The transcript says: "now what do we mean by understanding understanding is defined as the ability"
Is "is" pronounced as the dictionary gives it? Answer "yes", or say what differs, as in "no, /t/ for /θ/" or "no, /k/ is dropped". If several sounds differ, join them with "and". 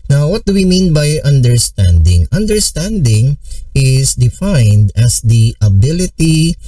no, /s/ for /z/